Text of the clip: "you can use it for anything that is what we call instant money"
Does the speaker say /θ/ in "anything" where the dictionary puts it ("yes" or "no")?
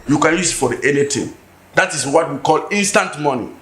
no